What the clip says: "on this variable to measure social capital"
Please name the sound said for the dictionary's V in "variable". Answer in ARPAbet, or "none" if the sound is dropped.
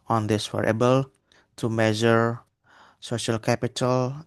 W